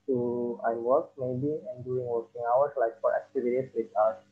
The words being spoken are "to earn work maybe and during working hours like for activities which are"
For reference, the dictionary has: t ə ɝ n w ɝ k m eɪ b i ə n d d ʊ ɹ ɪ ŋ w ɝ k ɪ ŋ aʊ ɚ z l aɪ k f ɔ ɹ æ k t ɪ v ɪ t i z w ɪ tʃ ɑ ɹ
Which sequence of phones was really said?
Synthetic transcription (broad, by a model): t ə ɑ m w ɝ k m eɪ b i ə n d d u ɪ ŋ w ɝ k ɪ ŋ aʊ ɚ s l aɪ k f ɔ ɹ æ k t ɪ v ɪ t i s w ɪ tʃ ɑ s